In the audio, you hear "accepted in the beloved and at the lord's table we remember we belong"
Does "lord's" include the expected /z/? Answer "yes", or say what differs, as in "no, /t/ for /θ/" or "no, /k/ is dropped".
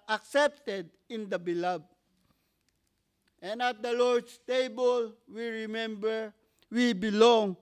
no, /s/ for /z/